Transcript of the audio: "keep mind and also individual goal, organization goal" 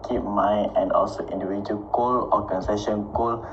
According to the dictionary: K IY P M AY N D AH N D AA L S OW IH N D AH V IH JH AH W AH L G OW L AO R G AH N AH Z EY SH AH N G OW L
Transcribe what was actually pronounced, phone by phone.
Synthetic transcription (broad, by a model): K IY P M AY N AH N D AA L S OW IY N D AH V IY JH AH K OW L AO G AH N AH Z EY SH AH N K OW L